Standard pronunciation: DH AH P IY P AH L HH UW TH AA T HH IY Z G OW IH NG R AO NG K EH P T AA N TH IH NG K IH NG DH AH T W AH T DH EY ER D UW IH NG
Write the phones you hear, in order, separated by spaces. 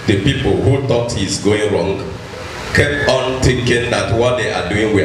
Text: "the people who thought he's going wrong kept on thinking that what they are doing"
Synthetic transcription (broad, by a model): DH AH P IY P AH L HH UW T AA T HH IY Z G OW IH NG R AO NG K EH P T AA N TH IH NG K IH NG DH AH T W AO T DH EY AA D UW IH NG